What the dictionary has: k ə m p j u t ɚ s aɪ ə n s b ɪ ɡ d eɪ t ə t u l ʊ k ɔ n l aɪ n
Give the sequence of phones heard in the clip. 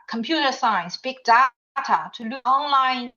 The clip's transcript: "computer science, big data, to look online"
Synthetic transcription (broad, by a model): k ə m p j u t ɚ s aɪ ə n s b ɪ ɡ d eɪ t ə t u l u ɔ n l aɪ n